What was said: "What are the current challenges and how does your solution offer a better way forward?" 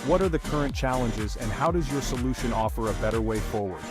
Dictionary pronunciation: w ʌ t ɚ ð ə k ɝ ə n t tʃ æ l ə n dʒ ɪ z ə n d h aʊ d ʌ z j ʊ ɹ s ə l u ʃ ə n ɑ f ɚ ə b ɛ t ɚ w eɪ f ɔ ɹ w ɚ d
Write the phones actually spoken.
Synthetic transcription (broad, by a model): w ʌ t ɚ ð ə k ɝ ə n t tʃ æ l ə n dʒ ɪ z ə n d h aʊ d ʌ z j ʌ ɹ s ə l u ʃ ə n ɑ f ɚ ə b ɛ t ɚ w eɪ f ɔ ɹ w ɚ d